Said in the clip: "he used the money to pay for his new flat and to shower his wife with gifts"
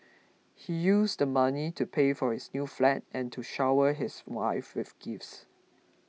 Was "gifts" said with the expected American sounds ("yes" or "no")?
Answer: yes